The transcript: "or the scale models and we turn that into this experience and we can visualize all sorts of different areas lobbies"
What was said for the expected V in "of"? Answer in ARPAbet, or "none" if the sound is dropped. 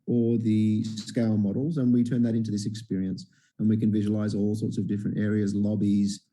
V